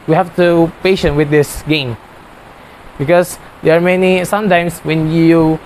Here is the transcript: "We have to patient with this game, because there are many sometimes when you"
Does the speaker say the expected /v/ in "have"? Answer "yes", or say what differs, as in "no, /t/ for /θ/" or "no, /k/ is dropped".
no, /f/ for /v/